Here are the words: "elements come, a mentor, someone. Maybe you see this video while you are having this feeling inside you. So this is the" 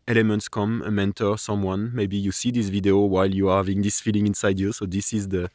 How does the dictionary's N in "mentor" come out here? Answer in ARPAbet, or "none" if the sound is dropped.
N